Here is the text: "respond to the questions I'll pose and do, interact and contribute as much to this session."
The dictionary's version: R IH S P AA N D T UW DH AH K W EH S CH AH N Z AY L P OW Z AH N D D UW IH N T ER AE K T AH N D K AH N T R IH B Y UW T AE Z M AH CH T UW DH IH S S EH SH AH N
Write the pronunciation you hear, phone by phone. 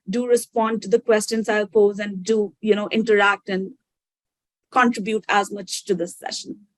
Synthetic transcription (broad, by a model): R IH S P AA N D T UW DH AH K W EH S CH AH N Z AY L P OW Z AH N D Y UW IH N T ER AE K T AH N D K AH N T R IH B Y UW T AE Z M AH CH T UW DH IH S S EH SH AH N